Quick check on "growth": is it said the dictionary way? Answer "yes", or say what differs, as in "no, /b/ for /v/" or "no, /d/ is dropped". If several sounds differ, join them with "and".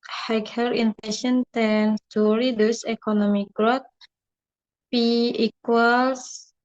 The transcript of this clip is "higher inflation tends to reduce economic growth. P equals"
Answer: no, /t/ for /θ/